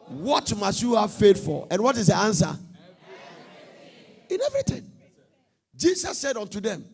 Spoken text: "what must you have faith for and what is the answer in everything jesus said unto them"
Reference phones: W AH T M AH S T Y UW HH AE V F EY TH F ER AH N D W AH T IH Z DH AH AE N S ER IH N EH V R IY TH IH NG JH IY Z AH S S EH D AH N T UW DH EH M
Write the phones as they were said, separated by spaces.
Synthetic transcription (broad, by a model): W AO T M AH S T Y UW HH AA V F EY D F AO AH N W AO T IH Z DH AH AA N S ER IH N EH V R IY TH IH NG JH IY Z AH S S EH D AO N T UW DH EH M